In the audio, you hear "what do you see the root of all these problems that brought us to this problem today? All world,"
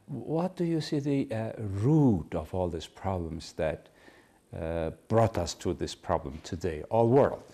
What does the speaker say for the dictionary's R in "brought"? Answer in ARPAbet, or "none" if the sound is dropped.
R